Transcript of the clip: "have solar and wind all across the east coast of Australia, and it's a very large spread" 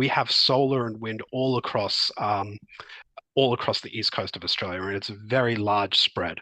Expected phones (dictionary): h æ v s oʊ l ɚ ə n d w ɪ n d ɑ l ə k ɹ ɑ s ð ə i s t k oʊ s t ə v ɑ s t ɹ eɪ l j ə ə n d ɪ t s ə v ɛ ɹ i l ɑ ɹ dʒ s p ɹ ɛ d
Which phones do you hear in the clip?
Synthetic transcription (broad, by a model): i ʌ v s oʊ l ɚ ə n w ɪ n d ɑ l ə k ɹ ɑ s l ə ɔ s t k oʊ s t ə v ɑ s t ɹ eɪ l j ə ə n ɪ t s ə v ɛ ɹ i l ɑ ɹ dʒ s p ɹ ɛ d